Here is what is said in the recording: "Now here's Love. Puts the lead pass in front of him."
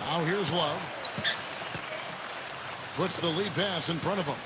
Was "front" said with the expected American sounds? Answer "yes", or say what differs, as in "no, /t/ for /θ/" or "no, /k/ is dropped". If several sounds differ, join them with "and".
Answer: no, /n/ is dropped